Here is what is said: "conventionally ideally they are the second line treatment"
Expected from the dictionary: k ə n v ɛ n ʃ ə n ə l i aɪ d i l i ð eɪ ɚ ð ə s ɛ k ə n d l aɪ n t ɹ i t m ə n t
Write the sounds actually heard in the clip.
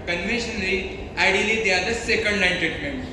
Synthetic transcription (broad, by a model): k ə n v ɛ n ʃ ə n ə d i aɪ d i l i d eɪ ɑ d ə s ɛ k ə n d n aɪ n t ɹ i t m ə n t